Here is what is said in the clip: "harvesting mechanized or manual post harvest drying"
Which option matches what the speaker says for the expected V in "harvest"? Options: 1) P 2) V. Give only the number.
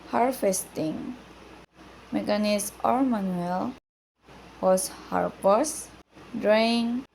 1